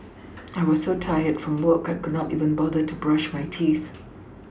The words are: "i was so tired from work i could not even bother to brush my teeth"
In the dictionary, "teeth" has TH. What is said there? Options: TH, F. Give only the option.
TH